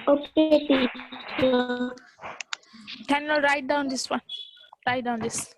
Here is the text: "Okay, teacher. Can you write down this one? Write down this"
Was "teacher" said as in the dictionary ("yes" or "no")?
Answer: no